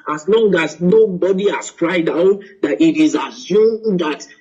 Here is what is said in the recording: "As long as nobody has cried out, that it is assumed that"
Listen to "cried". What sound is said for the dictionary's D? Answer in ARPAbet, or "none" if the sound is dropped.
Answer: D